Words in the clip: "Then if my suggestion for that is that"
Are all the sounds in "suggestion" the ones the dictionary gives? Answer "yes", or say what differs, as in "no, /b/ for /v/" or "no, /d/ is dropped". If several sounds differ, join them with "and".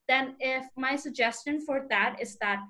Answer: yes